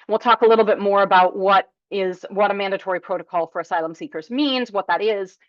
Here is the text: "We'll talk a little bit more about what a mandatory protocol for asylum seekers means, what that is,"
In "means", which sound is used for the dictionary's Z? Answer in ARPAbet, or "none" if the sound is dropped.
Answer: Z